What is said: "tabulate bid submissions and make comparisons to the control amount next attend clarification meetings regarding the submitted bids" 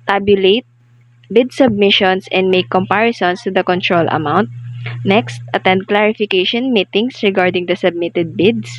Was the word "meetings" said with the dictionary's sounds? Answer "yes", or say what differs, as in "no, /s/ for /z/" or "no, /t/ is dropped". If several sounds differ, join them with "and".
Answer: no, /s/ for /z/